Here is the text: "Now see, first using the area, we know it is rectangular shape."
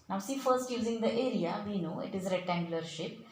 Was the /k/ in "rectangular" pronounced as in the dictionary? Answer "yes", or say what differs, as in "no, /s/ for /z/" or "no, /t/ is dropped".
no, /k/ is dropped